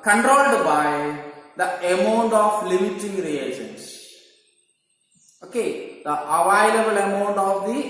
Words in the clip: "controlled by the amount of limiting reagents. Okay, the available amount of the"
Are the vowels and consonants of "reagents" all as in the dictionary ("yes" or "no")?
no